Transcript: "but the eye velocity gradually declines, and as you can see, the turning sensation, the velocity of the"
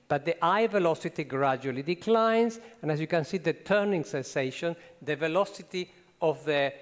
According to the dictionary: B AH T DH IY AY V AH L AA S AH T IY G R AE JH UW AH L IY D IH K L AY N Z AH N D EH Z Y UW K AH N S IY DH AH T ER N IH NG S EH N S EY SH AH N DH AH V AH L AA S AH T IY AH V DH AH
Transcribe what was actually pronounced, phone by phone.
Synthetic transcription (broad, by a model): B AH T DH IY AY V AH L AA S AH T IY G R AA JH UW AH L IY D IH K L AY N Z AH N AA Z Y UW K AH N S IY DH AH T ER N IH NG S EH N S EY SH AH N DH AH V AH L AA S AH T IY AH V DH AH